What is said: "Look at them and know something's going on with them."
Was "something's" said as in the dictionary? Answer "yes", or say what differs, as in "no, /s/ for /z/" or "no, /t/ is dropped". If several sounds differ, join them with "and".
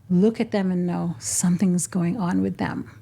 yes